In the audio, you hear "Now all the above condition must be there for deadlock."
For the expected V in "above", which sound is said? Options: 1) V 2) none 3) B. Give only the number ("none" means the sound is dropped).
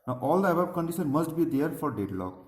3